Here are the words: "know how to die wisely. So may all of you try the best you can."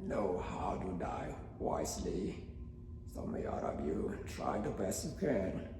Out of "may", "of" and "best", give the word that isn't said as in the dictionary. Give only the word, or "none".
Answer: of